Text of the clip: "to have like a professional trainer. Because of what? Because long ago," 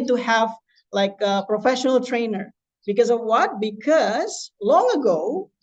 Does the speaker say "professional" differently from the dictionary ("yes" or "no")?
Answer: no